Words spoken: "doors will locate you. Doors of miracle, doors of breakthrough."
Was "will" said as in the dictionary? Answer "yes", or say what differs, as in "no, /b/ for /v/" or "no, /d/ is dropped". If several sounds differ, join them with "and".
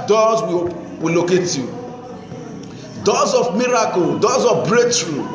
no, /w/ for /l/